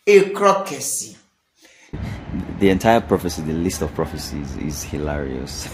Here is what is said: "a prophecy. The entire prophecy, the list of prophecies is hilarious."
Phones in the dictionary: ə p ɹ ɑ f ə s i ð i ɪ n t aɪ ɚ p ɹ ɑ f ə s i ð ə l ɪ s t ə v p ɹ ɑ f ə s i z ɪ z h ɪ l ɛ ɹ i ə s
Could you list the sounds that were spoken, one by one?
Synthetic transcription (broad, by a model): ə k ɹ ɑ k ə s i ð i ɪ n t aɪ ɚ p ɹ ɑ f ə s i ð ə l ɪ s t ə v p ɹ ɑ f ə s i z ɪ z h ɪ l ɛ ɹ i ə s